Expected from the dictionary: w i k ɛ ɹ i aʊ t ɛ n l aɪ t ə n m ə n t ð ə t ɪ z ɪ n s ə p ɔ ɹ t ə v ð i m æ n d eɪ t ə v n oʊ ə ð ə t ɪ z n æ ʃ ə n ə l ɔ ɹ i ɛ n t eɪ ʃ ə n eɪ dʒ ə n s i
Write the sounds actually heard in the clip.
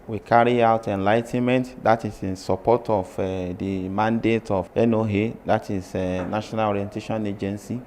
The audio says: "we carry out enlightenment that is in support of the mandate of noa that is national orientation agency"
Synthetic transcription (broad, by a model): w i k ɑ ɹ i aʊ t ɛ n l aɪ t ə n m ə n t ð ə t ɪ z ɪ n s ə p ɔ t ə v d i m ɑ n d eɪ t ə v n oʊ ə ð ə t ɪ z n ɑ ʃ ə n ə l ɔ ɹ i ɛ n t eɪ ʃ ə n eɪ dʒ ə n s i